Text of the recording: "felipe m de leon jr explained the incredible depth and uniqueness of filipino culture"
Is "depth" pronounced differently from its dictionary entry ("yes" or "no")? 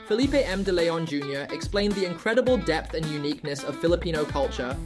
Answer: no